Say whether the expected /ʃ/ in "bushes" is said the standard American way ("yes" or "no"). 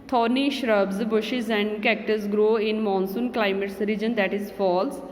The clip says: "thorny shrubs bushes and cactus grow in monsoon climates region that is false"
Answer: yes